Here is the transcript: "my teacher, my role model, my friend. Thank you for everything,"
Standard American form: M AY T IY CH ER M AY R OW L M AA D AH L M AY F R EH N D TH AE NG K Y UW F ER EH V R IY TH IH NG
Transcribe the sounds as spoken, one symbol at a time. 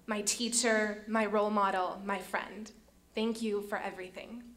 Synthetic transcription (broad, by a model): M AY T IY CH ER M AY R OW L M AA D L M AY F R EH N D TH AE NG K Y UW F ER EH V R IY TH IH NG